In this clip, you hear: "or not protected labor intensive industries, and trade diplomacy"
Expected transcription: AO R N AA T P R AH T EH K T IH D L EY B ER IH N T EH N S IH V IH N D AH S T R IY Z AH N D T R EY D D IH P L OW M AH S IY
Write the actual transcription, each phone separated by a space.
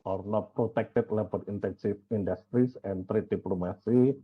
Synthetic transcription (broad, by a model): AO R N AA T P R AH T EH K T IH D L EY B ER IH N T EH N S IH F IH N D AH S T R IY S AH N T R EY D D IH P L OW M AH S IY